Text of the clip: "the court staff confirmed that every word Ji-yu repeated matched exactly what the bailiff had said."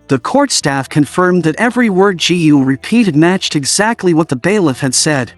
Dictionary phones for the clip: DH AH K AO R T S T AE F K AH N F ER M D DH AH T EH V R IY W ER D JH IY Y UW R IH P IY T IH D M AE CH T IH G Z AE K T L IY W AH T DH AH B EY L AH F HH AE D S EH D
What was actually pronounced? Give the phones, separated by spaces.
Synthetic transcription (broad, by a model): DH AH K AO R T S T AE F K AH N F ER M DH AH T EH V R IY W ER D JH IY Y UW R IH P IY T IH D M AE CH T IH G Z AE K T L IY W AH T DH AH B EY L AH F HH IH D S EH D